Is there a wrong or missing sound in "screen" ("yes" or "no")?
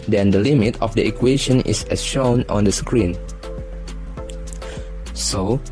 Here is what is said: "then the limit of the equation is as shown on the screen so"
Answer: no